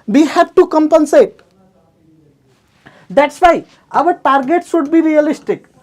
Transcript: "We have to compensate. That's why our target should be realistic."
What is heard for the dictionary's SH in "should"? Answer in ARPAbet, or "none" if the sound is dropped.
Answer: S